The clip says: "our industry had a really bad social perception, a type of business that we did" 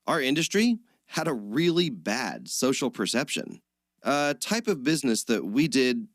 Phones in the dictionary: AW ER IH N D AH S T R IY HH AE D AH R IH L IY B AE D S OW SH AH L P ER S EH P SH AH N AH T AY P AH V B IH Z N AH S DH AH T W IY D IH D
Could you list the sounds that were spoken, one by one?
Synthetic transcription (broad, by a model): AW ER IH N D AH S T R IY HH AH D AH R IH L IY B AE D S OW SH L P ER S EH P SH AH N AH T AY P AH V B IH Z N AH S DH AH T W IY D IH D